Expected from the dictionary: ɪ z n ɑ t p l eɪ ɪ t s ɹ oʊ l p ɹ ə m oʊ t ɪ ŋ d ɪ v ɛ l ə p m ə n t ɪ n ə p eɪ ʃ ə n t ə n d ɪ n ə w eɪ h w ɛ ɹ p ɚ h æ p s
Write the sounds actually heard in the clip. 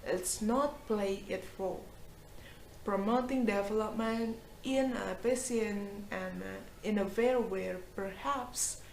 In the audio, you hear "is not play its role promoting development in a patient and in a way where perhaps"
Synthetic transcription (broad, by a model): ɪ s n ɑ t p l eɪ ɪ t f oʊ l p ɹ ə m oʊ t ɪ ŋ d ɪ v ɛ l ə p m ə n t ɪ n ə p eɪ s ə n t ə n ɪ n ə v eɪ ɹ w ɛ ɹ p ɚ h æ p s